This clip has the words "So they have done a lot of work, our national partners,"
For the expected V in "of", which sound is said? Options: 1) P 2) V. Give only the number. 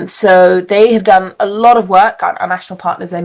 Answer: 2